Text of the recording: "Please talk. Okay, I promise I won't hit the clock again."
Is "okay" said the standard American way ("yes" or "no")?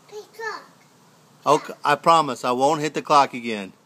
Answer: no